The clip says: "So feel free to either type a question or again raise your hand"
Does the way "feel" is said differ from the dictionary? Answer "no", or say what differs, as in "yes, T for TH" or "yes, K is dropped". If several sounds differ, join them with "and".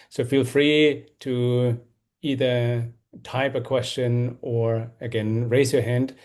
no